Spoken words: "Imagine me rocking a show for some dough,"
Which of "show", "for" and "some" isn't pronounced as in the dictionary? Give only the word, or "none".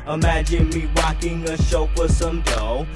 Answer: for